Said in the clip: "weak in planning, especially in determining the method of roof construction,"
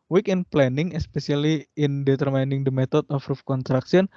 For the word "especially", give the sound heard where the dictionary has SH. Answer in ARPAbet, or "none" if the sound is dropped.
S